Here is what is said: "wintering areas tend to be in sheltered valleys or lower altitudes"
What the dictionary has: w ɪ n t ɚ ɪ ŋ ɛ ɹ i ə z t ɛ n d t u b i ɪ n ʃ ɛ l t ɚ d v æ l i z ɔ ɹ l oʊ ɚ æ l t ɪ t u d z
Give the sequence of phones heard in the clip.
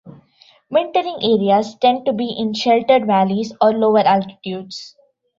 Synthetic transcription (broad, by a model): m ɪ n t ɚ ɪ ŋ ɛ ɹ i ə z t ɛ n d t u b i ɪ n ʃ ɛ l t ɚ d v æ l i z ɔ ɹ l oʊ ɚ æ l t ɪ t u d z